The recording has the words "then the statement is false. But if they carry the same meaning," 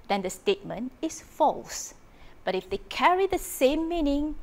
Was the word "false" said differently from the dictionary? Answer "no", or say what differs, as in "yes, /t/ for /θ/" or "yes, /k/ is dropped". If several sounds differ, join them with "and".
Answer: no